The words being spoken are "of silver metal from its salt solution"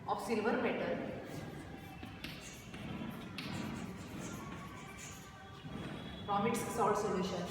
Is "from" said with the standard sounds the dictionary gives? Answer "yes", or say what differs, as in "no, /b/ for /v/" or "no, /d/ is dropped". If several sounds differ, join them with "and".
no, /p/ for /f/